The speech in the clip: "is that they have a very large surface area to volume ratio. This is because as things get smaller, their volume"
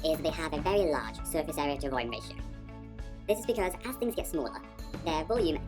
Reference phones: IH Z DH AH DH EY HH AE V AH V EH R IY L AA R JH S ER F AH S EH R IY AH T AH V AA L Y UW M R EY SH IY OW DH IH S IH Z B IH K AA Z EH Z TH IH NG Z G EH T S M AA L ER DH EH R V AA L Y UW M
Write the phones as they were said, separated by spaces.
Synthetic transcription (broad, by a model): IH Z DH AH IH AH V AH V EH R IY L AA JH S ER F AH S EH R IY AH T AH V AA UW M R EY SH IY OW DH IH S IH Z B IH K AA Z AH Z TH IH NG Z G EH T S M AA L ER DH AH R V AA L Y UW M